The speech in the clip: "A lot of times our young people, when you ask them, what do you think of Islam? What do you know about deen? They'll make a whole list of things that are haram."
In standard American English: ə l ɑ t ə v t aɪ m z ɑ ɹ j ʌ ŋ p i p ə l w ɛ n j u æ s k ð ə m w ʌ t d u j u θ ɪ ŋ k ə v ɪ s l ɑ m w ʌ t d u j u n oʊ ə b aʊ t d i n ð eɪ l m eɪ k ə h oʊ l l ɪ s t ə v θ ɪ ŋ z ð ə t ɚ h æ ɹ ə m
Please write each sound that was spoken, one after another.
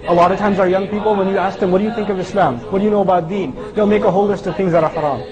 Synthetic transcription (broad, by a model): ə l ɑ t ə v t aɪ m z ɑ ɹ j ʌ ŋ p i p l w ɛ n j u æ s k ð ə m w ʌ t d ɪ j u θ ɪ ŋ k ə v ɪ s l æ m w ʌ t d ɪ j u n oʊ ə b aʊ t d i n ð eɪ l m eɪ k ə h oʊ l l ɪ s t ə v θ ɪ ŋ z ð ə t ɚ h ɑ ɹ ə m